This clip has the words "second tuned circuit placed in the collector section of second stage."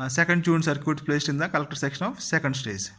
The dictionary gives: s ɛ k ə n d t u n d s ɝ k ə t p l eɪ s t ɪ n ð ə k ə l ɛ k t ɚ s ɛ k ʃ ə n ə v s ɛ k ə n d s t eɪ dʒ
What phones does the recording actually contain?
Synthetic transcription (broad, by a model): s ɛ k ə n d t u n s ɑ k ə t p l eɪ s t ɪ n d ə k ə l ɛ k t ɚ s ɛ k ʃ ə n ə f s ɛ k ə n d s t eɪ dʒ